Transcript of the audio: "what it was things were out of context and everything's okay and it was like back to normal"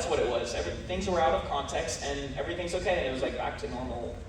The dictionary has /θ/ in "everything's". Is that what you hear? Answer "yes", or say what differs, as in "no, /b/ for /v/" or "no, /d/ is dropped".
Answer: yes